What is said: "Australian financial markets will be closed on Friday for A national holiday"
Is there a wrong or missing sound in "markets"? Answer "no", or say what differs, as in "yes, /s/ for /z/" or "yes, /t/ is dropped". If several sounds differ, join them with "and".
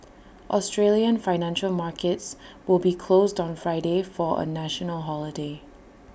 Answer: no